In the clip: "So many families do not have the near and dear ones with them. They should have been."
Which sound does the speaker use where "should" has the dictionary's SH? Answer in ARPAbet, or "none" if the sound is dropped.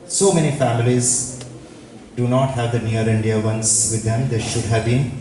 SH